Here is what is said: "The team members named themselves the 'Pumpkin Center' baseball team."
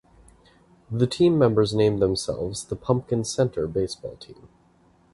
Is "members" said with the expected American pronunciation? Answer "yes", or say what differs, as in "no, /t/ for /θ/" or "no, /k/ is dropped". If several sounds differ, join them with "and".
yes